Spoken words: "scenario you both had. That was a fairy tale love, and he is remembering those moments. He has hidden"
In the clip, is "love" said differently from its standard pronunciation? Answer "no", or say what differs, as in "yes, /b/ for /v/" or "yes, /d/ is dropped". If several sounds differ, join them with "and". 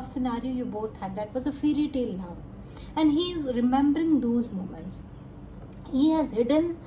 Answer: yes, /n/ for /l/